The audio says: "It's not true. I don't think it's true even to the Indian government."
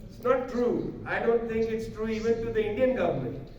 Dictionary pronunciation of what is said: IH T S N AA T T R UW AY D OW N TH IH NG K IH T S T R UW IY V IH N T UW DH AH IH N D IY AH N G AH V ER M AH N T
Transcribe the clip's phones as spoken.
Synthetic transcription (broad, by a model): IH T S N AA T T R UW AY D OW N T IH NG K IH T S T R UW IY V IH N T UW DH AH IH N D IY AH N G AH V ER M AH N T